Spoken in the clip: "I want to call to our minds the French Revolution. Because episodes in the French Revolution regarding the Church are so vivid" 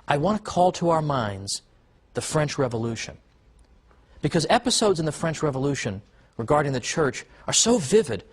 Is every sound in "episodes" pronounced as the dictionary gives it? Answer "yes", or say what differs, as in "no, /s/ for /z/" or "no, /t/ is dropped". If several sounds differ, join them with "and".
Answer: yes